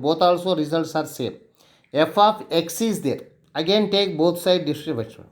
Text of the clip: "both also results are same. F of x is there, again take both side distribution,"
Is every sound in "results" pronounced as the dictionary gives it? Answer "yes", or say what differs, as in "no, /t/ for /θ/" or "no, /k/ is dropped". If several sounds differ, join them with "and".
yes